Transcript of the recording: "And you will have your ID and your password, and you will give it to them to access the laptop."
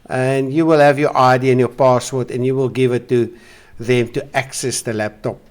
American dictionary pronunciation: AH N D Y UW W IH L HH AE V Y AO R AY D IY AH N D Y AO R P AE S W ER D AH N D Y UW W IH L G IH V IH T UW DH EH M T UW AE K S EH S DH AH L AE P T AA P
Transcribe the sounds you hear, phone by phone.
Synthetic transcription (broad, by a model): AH N D Y UW W IH L HH AE V Y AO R AY D IY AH N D Y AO P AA S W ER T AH N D Y UW W IH L G IH V IH T UW DH EH M T UW AE K S EH S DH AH L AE P T AA P